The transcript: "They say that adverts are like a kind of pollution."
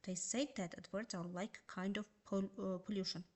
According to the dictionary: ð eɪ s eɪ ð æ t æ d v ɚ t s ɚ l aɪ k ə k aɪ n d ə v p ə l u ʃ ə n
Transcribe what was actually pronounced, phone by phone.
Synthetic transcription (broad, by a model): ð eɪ s eɪ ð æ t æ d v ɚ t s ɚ l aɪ ə k aɪ n d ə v p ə l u ʃ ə n